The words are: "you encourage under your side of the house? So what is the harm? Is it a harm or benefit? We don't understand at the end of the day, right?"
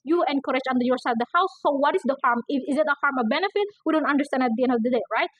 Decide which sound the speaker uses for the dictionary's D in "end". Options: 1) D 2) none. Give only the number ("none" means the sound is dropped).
1